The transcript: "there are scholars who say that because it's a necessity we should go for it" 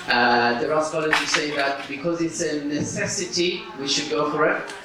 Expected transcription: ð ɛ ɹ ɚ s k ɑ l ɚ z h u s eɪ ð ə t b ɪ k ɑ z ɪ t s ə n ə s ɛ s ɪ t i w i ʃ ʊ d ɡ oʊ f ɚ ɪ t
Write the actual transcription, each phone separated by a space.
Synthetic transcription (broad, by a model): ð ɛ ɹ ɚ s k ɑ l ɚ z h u s eɪ ð ə t b ɪ k ɑ z ɪ t s ə n ə s ɛ s ɪ t i w i ʃ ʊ d ɡ oʊ f ɚ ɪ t